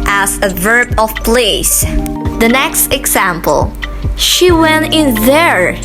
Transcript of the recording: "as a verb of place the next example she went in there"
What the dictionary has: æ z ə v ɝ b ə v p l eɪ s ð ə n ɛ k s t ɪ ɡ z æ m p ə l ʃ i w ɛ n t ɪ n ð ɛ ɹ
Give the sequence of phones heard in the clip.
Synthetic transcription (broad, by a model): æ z ə v ɝ b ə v p l eɪ s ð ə n ɛ k s t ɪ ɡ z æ m p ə l ʃ i w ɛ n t ɪ n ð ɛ ɹ